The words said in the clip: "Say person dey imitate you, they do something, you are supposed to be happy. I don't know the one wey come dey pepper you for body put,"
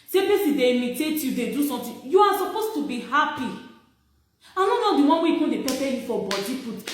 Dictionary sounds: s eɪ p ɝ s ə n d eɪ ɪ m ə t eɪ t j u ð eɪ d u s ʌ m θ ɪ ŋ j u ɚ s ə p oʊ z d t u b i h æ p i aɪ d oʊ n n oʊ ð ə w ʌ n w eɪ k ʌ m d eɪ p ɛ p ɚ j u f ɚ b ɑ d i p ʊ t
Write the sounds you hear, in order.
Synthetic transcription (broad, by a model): s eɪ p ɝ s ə d eɪ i m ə t eɪ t j u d eɪ d u s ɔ m t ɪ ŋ j u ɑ s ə p oʊ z t u b i h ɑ p i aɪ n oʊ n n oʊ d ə w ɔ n w eɪ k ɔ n d eɪ p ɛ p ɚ j u f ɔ b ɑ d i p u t